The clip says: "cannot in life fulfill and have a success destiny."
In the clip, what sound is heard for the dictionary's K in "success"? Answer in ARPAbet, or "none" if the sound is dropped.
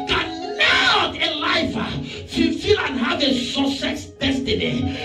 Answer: none